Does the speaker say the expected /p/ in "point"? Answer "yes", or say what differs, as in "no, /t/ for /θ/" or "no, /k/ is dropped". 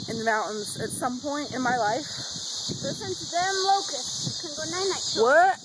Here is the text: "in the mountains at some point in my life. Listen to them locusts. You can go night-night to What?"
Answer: yes